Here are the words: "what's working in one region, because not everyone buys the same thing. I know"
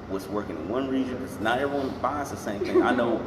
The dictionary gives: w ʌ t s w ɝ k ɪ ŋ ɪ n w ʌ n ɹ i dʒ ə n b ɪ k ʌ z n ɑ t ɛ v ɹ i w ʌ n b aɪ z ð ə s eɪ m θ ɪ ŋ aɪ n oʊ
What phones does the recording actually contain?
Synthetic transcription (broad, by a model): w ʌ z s w ɝ k ɪ ŋ ɪ n w ʌ n ɹ i dʒ ə n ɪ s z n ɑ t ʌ ɹ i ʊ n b aɪ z ð ə s eɪ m θ ɪ ŋ aɪ n oʊ